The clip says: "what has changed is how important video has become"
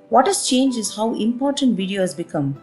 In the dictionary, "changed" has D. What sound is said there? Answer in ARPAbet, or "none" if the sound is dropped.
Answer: none